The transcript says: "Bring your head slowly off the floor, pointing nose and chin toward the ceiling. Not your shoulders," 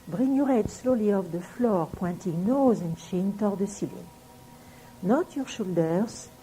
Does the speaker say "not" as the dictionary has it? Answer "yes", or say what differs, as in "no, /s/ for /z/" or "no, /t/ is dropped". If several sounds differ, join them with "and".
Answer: yes